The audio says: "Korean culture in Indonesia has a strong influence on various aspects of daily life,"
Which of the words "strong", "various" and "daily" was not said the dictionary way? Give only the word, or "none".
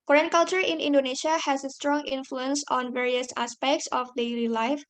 none